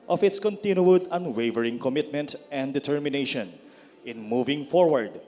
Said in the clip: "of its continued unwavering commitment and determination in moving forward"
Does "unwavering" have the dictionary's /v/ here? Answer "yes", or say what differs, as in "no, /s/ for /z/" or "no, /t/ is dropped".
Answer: yes